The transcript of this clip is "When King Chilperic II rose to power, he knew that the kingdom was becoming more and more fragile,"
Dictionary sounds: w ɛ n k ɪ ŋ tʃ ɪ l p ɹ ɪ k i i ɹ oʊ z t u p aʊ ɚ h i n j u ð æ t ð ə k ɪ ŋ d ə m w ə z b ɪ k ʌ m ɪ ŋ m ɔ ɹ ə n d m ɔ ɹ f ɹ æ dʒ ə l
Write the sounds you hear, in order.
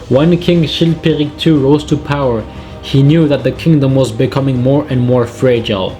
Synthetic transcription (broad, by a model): w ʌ n k ɪ ŋ ʃ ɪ l p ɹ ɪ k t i ɹ oʊ z t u p aʊ ɚ h i n j u ð æ t ð ə k ɪ ŋ d ə m w ə z b ɪ k ʌ m ɪ ŋ m ɔ ɹ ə n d m ɔ ɹ f ɹ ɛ dʒ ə l